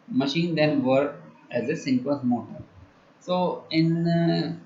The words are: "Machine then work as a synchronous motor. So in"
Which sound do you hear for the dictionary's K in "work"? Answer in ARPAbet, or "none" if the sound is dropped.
none